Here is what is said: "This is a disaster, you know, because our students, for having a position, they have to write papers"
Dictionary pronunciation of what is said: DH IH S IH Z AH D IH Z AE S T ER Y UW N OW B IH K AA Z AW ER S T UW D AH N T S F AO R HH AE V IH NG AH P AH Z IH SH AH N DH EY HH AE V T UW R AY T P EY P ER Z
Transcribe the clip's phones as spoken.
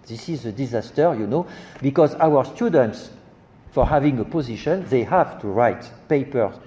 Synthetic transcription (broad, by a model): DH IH S IH Z AH D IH Z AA S T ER Y UW N OW B IH K AA Z AW ER S T UW D AH N T S F AO R HH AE V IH NG AH P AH Z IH SH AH N DH EY HH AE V T UW R AY T P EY P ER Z